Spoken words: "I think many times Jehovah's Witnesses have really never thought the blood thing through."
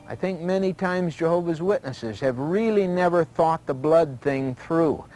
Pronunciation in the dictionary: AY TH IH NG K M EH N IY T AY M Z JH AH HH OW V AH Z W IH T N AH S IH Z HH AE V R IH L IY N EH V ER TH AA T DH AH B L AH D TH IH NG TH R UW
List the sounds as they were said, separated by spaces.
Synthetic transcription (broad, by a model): AY TH IH NG K M EH N IY T AY M Z JH AH HH OW V AH Z W IH T N AH S IH Z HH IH V R IH L IY N EH V ER TH AA T DH AH B L AH D TH IH NG TH R UW